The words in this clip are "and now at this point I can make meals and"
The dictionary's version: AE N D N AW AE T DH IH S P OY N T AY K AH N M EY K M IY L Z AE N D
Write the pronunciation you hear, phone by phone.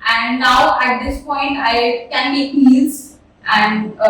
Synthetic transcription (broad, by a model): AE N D N AW AE T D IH S P OY N T AY K AH N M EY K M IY Z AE N D